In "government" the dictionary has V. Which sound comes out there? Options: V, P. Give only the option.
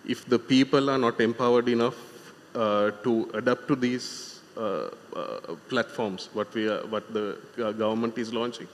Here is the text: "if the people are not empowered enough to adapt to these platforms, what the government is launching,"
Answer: V